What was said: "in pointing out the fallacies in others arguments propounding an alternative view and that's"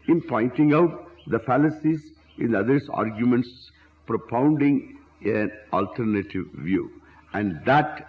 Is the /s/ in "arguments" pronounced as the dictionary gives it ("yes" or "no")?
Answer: yes